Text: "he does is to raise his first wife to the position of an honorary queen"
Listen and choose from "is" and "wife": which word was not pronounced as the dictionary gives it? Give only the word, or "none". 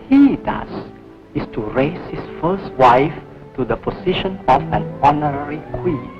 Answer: is